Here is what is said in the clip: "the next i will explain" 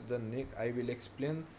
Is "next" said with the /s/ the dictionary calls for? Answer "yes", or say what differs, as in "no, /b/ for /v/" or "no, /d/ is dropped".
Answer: no, /s/ is dropped